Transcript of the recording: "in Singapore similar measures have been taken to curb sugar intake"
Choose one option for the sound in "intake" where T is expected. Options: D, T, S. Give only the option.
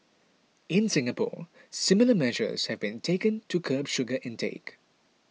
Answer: T